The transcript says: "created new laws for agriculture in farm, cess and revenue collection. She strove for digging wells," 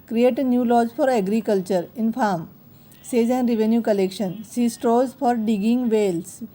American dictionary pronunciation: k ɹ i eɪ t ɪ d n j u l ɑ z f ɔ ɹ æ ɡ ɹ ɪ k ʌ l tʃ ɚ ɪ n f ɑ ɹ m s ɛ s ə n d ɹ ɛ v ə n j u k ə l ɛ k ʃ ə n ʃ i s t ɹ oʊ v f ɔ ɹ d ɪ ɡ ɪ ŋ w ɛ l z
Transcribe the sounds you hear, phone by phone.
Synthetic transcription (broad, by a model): k ɹ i eɪ t n j u l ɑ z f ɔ ɹ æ ɡ ɹ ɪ k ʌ l tʃ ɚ ɪ n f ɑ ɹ m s ɛ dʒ ə n d ɹ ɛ v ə n j u k ə l ɛ k ʃ ə n s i s t ɹ oʊ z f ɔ ɹ d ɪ ɡ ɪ ŋ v ɛ l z